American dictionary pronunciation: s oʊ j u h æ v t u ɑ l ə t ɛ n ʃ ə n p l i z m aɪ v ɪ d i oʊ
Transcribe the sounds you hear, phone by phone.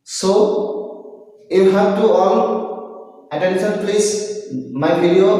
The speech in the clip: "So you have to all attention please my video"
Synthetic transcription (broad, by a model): s oʊ j u h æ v t u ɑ n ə t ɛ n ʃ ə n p l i s m aɪ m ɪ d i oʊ